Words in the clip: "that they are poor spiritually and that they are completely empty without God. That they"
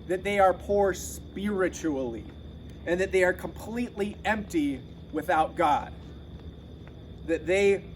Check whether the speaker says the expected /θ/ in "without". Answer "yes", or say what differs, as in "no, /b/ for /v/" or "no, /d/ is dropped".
yes